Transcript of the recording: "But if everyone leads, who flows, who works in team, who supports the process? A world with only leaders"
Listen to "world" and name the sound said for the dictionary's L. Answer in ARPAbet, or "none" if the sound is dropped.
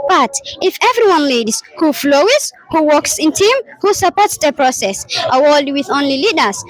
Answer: none